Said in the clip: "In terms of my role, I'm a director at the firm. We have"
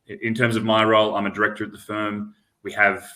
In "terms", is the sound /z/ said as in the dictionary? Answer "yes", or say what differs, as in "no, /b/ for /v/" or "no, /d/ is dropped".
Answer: yes